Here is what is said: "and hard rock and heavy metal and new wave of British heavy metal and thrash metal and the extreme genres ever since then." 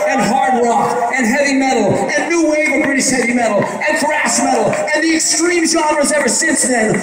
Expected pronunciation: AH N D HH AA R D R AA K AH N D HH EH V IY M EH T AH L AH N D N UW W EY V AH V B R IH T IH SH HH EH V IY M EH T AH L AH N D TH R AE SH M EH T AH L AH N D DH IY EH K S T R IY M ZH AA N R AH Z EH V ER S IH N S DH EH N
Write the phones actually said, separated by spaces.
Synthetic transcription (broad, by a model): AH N HH AA R D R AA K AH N HH EH V IY M EH T L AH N N UW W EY AH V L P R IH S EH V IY M EH T L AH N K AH R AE S M EH T L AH N DH IY EH K S T R IY M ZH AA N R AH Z EH V ER S IH N S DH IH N